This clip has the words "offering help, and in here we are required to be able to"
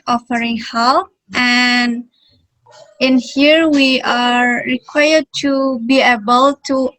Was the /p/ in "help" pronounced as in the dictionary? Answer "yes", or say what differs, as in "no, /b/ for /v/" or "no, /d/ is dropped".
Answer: no, /p/ is dropped